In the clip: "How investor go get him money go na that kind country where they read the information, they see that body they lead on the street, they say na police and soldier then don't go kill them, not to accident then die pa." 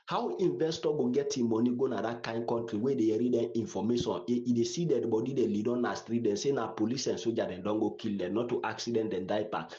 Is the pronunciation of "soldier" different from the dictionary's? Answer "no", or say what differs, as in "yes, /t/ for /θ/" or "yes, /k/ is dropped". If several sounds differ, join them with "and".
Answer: yes, /l/ is dropped